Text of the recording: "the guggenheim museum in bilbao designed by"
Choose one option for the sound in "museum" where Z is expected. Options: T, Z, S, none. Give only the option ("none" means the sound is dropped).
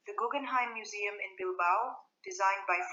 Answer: Z